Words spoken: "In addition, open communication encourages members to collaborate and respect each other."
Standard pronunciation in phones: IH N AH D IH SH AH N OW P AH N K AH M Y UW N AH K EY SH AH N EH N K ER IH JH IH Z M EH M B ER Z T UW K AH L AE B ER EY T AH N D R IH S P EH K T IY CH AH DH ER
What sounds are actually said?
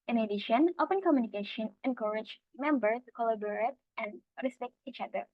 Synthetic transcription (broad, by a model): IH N AH D IH SH AH N OW P AH N K AH M Y UW N AH K EY SH AH N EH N K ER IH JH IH M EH M B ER T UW K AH L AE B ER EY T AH N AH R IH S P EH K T IY CH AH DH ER